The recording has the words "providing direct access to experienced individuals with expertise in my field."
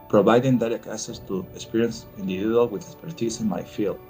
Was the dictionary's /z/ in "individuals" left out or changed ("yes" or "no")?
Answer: yes